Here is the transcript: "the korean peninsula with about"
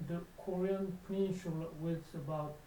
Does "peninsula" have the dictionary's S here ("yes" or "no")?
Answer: no